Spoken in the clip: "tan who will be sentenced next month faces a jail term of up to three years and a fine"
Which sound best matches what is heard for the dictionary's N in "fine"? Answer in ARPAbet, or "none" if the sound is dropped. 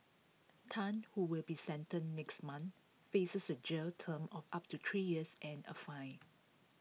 none